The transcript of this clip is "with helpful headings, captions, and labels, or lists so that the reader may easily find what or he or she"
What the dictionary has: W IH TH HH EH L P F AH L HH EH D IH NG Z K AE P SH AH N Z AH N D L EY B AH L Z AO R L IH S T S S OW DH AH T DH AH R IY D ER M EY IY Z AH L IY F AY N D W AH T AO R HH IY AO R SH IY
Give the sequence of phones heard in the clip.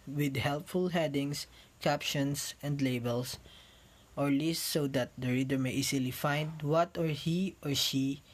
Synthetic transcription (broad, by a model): W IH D HH EH L P F AH L HH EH D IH NG S K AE P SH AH N S AH N D L EY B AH L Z AO R L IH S S S OW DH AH T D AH R IY D ER M EY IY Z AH L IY F AY N D W AH T AO R HH IY AO R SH IY